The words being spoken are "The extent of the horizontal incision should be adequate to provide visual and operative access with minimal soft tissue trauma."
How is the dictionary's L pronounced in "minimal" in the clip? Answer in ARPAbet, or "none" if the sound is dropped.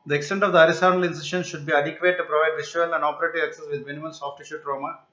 N